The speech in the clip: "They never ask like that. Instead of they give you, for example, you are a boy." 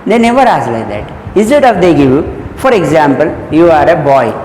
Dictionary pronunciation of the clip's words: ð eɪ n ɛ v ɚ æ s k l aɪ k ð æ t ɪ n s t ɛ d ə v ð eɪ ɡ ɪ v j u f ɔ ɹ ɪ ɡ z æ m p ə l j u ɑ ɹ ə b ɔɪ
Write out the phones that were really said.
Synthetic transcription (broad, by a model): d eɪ n ɛ v ɚ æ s l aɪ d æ t ɪ n s t ɛ d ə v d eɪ ɡ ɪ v j u f ɔ ɹ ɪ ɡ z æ m p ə l j u ɑ ɹ ə b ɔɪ